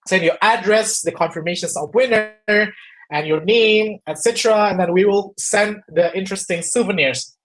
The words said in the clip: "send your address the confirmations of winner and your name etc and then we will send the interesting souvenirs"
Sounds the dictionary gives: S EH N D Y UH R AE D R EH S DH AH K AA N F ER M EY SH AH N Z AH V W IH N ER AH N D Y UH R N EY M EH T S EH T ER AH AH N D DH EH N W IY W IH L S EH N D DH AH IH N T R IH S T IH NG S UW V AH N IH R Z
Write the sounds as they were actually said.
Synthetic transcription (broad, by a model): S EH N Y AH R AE D R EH S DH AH K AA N F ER M EY SH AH N S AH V W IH N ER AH N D Y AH R N EY M EH T S EH T ER AH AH N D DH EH N W IY W IH L S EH N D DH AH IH N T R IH S T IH NG S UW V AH N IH R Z